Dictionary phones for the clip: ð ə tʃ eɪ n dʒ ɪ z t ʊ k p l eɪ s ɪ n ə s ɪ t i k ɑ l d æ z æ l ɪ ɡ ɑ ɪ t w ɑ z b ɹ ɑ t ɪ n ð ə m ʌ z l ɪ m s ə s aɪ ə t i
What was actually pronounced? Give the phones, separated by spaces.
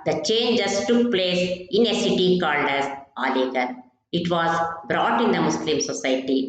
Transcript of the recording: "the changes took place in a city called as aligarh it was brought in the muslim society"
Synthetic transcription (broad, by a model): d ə tʃ eɪ n dʒ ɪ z t ʊ k p l eɪ s ɪ n ə s ɪ t i k ɑ l d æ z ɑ l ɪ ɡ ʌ ɪ t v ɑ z b ɹ ɑ t ɪ n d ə m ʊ s l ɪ m s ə s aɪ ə t i